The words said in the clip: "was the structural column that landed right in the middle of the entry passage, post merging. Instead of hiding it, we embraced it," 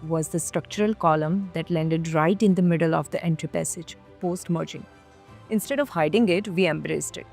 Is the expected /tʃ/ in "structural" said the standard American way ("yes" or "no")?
yes